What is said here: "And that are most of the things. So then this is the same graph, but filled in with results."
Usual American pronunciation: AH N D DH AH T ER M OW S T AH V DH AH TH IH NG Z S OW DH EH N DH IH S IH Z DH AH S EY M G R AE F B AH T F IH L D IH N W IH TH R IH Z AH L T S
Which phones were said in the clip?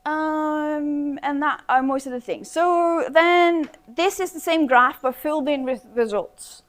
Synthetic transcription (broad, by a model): AH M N DH AH T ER M OW S T AH V DH AH TH IH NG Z S OW DH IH N DH IH S IH Z DH AH S EY M G R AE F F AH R F IH L D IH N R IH R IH Z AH L T S